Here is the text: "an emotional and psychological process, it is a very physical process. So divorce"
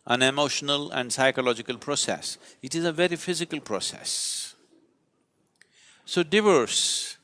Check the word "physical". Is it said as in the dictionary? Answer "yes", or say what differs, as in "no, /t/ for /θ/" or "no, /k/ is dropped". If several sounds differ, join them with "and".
yes